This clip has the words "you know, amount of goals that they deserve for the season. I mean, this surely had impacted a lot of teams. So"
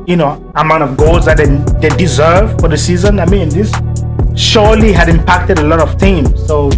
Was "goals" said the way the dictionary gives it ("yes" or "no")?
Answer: yes